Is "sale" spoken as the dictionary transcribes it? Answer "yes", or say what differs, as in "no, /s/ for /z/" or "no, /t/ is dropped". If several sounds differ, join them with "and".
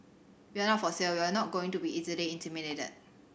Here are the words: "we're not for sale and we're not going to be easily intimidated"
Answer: no, /w/ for /l/